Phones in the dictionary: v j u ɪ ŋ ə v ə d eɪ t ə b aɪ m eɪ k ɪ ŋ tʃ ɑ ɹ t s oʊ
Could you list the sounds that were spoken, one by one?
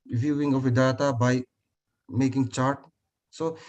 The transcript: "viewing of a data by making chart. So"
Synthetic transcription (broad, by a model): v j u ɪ ŋ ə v ə d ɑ t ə b aɪ m eɪ k ɪ ŋ tʃ ɑ ɹ t s oʊ